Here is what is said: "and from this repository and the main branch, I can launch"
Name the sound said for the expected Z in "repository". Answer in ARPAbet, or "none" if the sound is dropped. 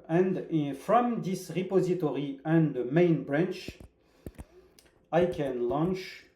Z